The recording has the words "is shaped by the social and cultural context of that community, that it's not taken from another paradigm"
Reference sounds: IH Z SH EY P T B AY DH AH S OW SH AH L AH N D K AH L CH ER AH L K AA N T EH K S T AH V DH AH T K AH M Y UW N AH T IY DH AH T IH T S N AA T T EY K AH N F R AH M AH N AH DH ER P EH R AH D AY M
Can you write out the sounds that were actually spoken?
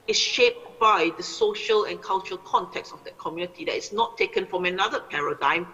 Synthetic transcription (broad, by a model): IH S SH EY P T B AY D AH S OW SH AH L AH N K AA L CH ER AH L K AA N T EH K S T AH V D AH T K AH M Y UW N AH T IY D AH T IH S N AA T T EY K AH N F R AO M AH N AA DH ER P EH R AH D AY M